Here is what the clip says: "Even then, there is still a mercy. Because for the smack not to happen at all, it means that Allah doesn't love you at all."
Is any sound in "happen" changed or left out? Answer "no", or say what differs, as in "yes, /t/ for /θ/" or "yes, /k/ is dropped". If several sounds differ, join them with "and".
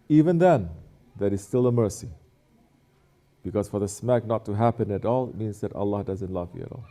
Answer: no